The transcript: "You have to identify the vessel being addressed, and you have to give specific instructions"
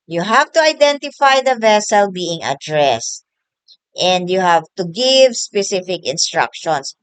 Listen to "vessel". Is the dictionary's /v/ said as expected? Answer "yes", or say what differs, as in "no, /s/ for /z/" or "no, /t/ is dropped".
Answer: yes